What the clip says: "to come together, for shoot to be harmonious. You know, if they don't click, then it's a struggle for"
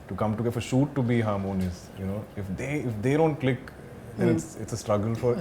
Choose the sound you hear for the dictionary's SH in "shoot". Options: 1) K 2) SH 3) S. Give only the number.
2